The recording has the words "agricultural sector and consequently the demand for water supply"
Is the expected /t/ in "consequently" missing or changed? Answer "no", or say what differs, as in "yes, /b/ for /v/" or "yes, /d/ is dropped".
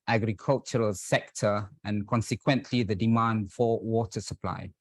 no